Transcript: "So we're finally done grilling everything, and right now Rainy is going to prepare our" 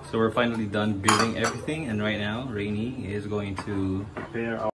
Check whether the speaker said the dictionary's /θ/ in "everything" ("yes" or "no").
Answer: yes